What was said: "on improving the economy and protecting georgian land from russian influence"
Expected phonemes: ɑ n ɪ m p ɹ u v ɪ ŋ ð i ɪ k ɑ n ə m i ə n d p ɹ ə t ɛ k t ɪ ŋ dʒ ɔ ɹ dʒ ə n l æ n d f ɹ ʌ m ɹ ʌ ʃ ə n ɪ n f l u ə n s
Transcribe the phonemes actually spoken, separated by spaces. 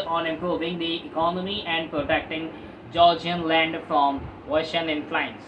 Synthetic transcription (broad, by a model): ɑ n ɪ m p ɹ u v ɪ ŋ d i ɪ k ɑ n ə m i ə n d p ɹ ə t ɛ k t ɪ ŋ dʒ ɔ ɹ dʒ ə n l æ n d f ɹ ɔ m w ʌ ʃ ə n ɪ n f l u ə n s